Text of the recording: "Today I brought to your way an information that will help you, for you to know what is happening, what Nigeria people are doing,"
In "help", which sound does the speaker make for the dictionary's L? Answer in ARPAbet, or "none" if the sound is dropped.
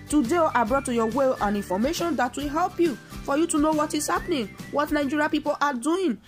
L